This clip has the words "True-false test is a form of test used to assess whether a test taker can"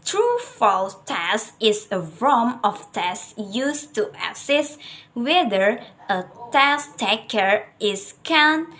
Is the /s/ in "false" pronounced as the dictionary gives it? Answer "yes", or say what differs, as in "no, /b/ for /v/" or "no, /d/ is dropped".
no, /s/ is dropped